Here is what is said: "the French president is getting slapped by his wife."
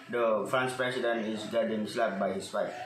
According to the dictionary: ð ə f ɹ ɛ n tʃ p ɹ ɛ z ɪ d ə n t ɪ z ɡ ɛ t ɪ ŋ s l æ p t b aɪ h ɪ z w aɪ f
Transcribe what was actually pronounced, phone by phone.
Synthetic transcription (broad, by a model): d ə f ɹ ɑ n s p ɹ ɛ s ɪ d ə n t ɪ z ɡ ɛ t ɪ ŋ s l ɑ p b aɪ h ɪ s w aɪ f